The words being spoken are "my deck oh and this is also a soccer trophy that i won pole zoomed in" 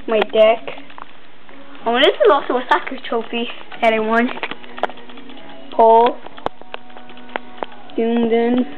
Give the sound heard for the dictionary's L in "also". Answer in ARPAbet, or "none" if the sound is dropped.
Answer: none